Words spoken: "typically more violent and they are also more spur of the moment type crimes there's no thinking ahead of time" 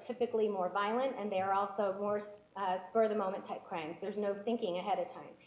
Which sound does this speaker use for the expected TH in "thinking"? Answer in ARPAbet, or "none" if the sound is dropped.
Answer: TH